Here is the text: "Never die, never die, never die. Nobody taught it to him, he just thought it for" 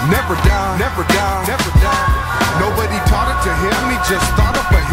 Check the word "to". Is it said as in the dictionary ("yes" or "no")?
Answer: yes